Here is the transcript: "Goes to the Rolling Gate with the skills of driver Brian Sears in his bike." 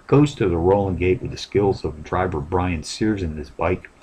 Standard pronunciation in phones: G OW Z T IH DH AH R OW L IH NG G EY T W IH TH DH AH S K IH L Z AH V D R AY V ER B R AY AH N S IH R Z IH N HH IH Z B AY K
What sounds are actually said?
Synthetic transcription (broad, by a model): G OW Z T IH DH AH R OW L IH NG G EY T W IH DH AH S K IH L Z AH V D R AY V ER B R AY AH N S IH R Z IH N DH IH S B AY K